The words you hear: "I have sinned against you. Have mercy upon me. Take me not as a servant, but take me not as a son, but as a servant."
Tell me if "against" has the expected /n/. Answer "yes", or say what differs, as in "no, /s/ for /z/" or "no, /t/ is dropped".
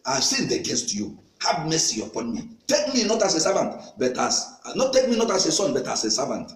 yes